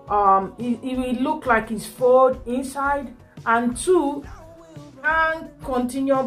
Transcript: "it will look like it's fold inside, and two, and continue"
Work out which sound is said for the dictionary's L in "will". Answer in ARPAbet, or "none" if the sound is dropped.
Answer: W